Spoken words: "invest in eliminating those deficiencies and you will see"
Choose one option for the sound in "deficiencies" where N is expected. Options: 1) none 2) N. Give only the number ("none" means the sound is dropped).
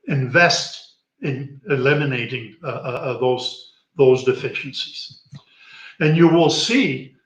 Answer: 1